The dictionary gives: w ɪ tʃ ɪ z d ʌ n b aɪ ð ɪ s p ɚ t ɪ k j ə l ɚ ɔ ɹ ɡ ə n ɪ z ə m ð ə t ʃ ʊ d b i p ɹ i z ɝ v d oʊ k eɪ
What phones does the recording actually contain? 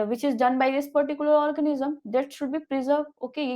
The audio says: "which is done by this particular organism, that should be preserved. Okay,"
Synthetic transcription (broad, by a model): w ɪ tʃ ɪ z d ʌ n b aɪ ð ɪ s p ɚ t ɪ k j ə l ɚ ɔ ɹ ɡ ə n ɪ z ə m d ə t ʃ ʊ d b i p ɹ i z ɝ d oʊ k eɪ